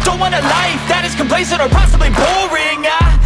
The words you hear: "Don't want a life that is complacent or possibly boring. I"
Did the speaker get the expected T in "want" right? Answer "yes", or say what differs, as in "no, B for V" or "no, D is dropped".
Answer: no, T is dropped